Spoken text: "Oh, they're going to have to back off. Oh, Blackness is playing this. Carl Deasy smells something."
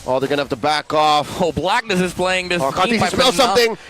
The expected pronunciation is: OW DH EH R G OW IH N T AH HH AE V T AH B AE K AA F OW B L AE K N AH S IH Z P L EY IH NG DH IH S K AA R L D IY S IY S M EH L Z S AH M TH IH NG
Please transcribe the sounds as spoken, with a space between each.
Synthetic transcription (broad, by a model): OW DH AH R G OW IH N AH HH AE F T AH B AE K AA F OW B L AE K N AH S IH Z P L EY IH NG DH IH S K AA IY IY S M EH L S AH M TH IH NG